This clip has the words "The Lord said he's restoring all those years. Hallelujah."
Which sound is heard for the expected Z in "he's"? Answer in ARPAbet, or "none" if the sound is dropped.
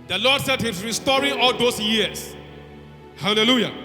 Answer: S